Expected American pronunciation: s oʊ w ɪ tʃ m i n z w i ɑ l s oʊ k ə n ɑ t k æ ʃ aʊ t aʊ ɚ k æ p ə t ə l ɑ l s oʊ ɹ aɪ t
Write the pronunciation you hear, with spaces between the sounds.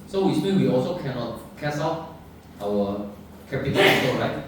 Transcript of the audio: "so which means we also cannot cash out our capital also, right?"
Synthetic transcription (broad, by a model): s oʊ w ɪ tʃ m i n w i ɑ l s oʊ k ə n ɑ t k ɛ s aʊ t aʊ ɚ k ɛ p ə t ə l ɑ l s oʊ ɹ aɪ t